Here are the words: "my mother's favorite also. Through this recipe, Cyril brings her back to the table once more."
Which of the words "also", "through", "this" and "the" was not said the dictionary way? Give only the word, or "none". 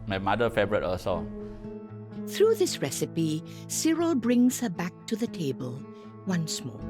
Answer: also